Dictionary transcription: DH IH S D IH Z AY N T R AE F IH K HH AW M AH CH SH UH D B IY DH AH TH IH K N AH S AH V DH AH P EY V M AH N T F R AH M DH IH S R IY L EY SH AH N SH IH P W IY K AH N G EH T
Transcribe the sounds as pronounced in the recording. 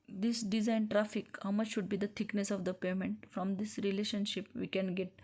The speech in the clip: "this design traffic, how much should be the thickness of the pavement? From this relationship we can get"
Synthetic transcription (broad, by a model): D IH S D IH Z AY N T R AE F IH K HH AW M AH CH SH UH D B IY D AH T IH K N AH S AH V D AH P EY M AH N T F R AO M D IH S R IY L EY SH AH N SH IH P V IY K AH N G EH T